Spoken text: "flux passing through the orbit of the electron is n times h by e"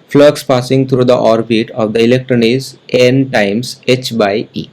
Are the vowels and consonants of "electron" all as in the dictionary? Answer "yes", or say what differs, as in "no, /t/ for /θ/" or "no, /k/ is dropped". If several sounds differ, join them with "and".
yes